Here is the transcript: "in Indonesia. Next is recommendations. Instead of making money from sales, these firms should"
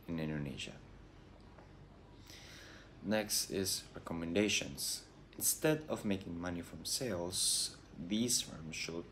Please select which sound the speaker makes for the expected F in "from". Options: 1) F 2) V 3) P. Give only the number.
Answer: 1